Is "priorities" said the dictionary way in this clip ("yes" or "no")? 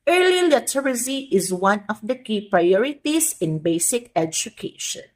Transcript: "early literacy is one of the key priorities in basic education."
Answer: no